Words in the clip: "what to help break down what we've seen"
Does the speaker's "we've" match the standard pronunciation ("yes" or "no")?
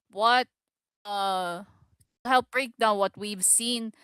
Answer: yes